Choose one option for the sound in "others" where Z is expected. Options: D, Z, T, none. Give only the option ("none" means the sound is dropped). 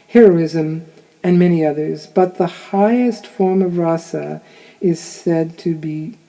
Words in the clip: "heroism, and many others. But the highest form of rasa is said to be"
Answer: Z